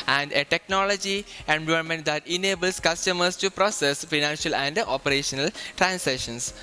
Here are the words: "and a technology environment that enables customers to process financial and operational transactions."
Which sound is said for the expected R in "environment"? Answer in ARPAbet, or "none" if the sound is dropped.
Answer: none